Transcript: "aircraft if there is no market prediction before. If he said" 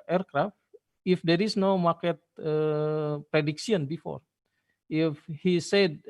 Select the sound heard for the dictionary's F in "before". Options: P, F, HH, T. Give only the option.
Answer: F